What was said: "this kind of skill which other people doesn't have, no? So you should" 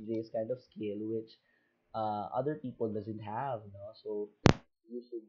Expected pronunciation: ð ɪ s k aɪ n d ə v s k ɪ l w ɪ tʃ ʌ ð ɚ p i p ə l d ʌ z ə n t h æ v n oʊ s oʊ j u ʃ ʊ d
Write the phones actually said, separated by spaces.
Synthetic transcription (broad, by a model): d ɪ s k aɪ n d ə v s k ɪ l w ɪ tʃ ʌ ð ɚ p i p ə l d ʌ z ə n t h æ v n oʊ s oʊ j u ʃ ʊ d